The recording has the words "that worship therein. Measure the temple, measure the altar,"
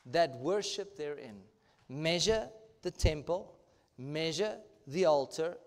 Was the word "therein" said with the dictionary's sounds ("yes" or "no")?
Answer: yes